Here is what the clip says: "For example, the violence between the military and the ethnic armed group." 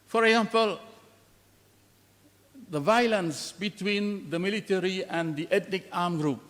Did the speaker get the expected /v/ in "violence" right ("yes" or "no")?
yes